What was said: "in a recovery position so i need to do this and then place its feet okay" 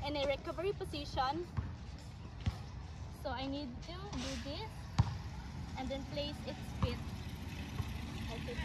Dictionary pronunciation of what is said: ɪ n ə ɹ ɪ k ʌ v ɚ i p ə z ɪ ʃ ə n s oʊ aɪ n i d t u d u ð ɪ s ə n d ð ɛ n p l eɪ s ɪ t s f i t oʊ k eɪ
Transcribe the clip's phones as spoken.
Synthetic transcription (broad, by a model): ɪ n ə ɹ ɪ k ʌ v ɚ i p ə s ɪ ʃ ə n s oʊ aɪ n i d t u d u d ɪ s ə n d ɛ n p l eɪ s ɪ t s p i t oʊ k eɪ